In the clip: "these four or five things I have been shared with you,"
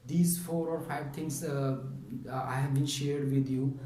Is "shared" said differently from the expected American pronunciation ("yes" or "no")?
no